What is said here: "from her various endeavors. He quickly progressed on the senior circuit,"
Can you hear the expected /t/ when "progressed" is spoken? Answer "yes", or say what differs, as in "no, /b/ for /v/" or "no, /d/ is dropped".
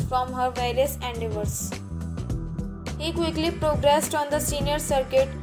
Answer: yes